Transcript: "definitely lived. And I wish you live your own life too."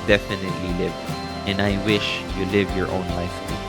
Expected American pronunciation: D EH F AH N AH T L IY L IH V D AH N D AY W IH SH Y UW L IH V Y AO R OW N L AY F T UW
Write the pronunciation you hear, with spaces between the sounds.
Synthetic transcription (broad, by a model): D EH F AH N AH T L IY L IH V AH N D AY W IH SH Y UW L IH V Y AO R OW N L AY F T